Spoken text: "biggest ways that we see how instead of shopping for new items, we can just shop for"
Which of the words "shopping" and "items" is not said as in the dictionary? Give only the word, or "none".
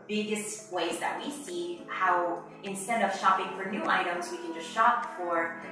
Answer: none